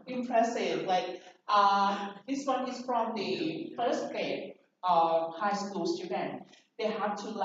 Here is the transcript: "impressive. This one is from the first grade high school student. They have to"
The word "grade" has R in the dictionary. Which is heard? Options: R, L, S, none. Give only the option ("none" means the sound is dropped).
none